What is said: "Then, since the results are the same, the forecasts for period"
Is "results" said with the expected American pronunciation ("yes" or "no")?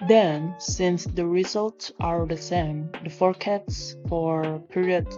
yes